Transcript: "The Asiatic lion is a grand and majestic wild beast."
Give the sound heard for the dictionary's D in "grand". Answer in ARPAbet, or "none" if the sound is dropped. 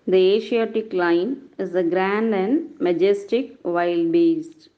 D